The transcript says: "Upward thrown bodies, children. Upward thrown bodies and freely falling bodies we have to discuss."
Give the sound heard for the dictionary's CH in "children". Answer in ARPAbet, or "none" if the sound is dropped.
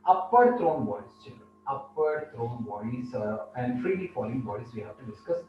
CH